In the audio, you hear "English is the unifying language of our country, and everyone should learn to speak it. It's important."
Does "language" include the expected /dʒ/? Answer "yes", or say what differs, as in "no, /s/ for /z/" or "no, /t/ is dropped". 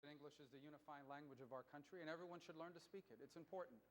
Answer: yes